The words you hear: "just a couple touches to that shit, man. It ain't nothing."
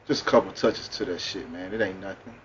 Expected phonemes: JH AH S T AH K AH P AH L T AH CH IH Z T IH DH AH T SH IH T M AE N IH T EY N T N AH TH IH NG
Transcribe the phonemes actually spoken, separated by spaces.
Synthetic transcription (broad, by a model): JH AH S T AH K AH P L T AH CH IH Z T IH DH AH T SH IH T M AE N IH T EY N N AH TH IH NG